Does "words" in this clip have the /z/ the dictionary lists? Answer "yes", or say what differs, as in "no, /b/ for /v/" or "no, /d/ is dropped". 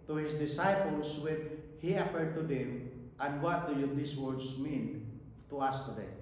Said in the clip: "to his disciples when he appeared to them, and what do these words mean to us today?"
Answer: no, /s/ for /z/